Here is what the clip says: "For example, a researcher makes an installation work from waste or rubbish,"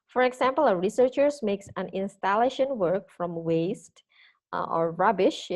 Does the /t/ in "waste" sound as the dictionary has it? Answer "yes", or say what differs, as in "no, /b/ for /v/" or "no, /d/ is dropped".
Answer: yes